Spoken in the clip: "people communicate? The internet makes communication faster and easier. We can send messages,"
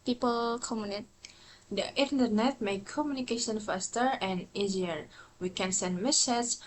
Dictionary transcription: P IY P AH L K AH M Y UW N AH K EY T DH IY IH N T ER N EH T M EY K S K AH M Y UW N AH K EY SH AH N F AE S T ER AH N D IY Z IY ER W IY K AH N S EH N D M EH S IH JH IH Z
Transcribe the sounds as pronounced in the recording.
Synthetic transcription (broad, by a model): P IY P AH L K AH M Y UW N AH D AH T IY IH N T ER N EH T M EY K K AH M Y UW N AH K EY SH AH N F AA S T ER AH N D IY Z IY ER W IY K AH N S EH N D M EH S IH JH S